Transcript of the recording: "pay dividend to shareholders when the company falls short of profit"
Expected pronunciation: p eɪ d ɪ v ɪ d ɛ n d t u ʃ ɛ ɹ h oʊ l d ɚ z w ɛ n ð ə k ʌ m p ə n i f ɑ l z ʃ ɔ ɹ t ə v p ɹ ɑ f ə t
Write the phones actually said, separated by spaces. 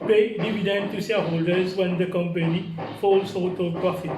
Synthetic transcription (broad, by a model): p eɪ d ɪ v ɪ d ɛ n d t u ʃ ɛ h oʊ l d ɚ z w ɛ n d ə k ʌ m p ə n i f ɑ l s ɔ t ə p ɹ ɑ f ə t